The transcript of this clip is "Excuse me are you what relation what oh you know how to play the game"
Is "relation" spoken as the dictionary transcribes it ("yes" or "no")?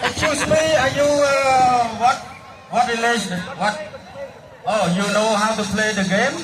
no